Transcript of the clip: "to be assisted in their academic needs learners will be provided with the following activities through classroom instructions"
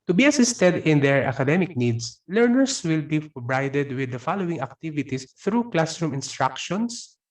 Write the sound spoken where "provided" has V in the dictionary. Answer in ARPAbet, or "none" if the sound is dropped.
B